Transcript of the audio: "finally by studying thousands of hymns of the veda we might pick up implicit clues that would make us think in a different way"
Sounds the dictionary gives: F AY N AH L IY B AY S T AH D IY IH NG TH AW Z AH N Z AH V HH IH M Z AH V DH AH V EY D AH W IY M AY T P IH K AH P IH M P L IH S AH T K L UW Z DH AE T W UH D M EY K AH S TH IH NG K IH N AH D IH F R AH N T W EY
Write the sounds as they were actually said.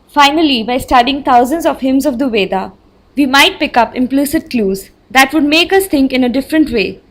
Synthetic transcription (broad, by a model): F AY N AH L IY B AY S T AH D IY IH NG T AW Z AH N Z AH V HH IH M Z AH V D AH V EY D AH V IY M AY T P IH K AH P IH M P L IH S AH T K L UW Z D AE T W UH D M EY K AH S T IH NG K IH N AH D IH F R AH N T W EY